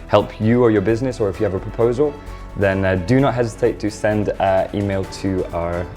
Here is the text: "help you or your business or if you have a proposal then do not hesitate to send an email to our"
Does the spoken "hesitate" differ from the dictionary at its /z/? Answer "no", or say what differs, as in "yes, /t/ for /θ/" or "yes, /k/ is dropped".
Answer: no